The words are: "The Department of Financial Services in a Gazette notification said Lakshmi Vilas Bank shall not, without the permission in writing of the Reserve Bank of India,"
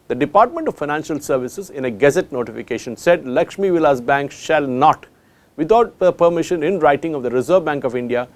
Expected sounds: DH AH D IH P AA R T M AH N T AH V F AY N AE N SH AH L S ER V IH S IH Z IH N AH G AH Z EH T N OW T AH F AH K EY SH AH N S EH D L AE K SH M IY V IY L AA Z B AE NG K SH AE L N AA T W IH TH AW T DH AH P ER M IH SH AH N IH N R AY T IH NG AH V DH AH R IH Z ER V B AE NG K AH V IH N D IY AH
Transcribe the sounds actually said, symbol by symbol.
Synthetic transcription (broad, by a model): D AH D IH P AA R T M AH N T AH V F AY N AE N SH AH L S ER V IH S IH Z IH N AH G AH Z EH T N OW T AH F AH K EY SH AH N S EH D L AE K SH M IY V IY L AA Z B AE NG K SH AE L N AA T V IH T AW T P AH P ER M IH SH AH N IH N R AY T IH NG AH V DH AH R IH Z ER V B AE NG K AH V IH N D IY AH